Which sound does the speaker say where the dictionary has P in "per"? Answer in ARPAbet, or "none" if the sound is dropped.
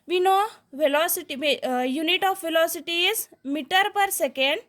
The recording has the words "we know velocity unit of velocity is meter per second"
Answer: P